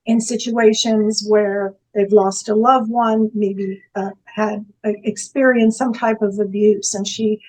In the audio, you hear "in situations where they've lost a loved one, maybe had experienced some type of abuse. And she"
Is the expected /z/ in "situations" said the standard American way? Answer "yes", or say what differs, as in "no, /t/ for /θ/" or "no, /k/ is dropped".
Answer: yes